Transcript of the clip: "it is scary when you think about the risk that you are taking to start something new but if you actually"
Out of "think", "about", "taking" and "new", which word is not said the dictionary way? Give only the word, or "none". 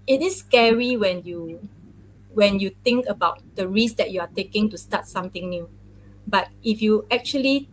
think